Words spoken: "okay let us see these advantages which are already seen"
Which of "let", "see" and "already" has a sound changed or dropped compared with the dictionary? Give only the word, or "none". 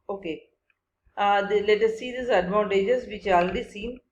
already